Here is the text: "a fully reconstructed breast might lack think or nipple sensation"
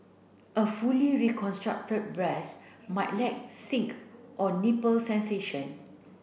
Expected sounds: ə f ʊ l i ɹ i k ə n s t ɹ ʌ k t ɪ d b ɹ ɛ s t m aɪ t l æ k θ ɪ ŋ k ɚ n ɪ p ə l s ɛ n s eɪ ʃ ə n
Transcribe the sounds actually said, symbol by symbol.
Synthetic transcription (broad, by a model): ə f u l i ɹ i k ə n s t ɹ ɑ k t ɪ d b ɹ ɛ s m aɪ t l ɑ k s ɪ ŋ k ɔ n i p ə l s ɛ n s eɪ ʃ ə n